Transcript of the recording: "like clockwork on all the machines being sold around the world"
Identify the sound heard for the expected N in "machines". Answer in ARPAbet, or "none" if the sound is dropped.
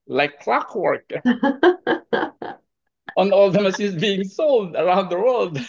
none